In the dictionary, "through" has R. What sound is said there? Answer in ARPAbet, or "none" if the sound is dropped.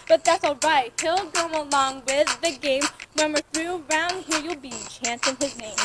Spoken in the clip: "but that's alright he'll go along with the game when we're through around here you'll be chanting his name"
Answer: R